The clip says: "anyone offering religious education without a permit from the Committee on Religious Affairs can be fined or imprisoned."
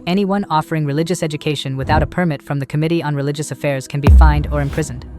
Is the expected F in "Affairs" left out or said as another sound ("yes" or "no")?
no